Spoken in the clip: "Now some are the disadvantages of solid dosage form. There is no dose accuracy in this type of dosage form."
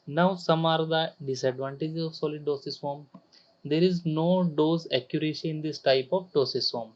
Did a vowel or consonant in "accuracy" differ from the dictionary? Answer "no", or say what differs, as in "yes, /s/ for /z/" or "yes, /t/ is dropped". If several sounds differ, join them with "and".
yes, /ʃ/ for /s/